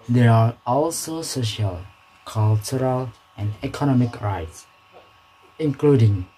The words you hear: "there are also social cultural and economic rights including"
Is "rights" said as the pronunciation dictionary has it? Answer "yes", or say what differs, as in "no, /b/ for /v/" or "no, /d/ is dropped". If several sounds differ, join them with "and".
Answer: yes